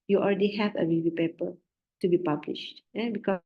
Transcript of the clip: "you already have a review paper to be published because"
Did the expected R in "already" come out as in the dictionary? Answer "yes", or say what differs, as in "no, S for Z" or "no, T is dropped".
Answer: no, L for R